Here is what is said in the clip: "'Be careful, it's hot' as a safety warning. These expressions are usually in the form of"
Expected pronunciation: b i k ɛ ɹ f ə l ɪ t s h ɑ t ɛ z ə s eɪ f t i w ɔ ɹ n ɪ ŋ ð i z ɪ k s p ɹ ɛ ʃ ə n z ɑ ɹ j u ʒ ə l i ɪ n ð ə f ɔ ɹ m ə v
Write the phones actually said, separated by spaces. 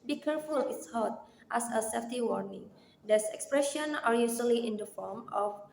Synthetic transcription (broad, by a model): b i k ɛ ɹ f ə l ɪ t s h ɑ t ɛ s ə s eɪ f t i w ɔ ɹ n ɪ ŋ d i s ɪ k s p ɹ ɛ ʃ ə n ɑ ɹ j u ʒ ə l i ɪ n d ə f ɔ ɹ m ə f